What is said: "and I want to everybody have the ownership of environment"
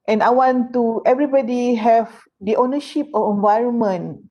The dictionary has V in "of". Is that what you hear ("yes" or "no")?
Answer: no